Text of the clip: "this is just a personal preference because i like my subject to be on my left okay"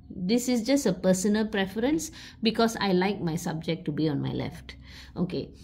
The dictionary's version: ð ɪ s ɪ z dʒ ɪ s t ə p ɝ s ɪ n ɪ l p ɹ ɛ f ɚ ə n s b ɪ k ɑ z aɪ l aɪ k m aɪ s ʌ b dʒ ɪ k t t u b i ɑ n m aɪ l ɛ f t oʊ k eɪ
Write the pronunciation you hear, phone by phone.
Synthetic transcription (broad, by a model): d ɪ s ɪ s dʒ ɪ s t ə p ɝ s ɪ n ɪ l p ɹ ɛ f ɚ ə n s b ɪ k ɑ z aɪ l aɪ k m aɪ s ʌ b dʒ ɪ k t t u b i ɑ n m aɪ l ɛ f t oʊ k eɪ